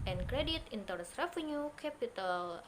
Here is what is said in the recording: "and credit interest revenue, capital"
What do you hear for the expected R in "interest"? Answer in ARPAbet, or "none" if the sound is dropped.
none